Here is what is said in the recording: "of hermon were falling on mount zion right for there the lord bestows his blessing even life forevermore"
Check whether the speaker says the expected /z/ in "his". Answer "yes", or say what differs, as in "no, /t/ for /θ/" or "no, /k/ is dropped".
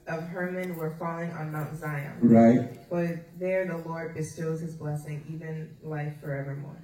yes